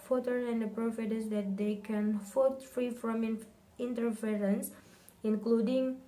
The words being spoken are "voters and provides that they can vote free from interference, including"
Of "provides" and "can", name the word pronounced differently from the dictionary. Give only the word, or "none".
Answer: provides